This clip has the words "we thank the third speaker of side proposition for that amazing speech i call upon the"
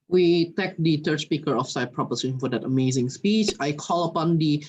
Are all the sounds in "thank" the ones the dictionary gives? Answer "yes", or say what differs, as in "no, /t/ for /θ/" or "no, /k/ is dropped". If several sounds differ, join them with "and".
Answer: no, /t/ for /θ/ and /ŋ/ is dropped